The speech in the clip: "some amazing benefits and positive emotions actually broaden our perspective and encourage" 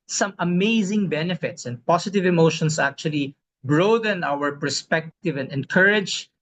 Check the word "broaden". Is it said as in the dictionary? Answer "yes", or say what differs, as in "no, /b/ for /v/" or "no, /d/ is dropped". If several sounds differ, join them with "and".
yes